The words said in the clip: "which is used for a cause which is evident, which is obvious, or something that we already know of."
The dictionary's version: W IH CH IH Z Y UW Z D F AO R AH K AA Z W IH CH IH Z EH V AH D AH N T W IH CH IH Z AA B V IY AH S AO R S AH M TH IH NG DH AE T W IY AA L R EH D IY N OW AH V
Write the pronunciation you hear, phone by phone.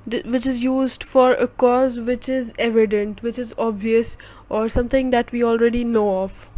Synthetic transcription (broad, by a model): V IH CH IH Z Y UW Z D F AO R AH K AA Z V IH CH IH Z EH V AH D AH N T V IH CH IH Z AA B V IY AH S AO R S AH M T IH NG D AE T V IY AA L R EH D IY N OW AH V